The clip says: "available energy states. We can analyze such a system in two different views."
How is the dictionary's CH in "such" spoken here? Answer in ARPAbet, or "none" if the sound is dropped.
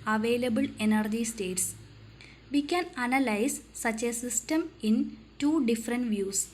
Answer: CH